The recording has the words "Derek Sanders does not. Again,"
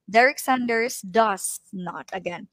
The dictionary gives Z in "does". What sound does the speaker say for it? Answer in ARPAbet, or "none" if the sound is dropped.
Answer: S